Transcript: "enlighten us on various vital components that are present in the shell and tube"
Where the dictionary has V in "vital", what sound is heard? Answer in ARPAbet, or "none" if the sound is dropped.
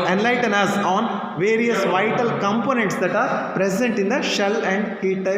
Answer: V